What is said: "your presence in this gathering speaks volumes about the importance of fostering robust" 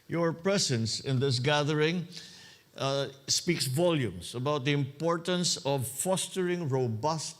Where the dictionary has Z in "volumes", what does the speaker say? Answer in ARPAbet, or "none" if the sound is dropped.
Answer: S